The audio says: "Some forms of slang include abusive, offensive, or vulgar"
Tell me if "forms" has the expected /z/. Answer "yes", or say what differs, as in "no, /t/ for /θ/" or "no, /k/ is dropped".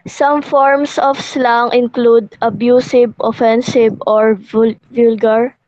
no, /s/ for /z/